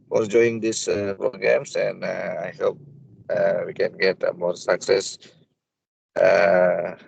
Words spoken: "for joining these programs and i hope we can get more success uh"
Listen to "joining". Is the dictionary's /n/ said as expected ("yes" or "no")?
no